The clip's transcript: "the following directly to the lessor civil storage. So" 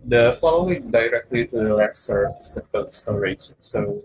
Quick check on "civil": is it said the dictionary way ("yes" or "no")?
no